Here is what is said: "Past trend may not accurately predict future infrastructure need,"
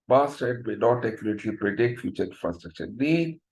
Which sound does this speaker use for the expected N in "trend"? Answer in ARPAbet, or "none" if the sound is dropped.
none